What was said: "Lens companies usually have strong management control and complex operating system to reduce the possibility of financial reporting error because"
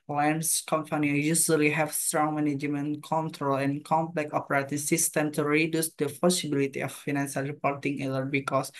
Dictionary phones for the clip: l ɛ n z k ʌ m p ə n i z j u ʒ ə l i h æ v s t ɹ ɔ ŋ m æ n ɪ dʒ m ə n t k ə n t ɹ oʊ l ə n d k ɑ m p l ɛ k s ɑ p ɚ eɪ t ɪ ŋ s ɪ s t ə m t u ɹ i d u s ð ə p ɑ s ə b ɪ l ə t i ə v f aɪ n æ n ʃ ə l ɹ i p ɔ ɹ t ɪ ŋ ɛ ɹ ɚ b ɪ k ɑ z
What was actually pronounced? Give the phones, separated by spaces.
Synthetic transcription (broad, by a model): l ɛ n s k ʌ m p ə n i j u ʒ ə l i h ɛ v s t ɹ ɔ ŋ m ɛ n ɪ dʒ m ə n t k ə n t ɹ oʊ l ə n k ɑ m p l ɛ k ɑ p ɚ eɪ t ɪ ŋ s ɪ s t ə m t u ɹ i d u s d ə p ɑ s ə b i l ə t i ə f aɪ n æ n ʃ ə l ɹ i p ɔ ɹ t ɪ ŋ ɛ l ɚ b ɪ k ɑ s